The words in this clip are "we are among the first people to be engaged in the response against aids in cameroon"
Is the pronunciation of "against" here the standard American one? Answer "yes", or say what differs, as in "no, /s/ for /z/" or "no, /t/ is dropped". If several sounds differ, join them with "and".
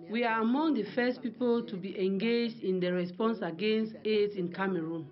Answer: yes